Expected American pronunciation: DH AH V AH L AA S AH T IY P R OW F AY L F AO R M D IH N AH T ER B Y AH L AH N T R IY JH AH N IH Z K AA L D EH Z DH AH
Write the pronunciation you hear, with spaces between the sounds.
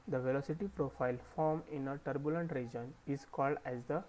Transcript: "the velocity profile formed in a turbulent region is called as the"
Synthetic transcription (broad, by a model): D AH V AH L AA S AH T IY P R OW F AY L F AO R M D IH N AH T ER B Y AH L AH N T R IY JH AH N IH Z K AA L D EH Z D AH